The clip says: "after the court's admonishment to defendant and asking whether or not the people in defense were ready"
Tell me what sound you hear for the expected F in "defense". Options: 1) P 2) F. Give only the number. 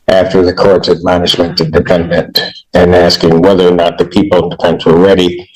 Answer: 1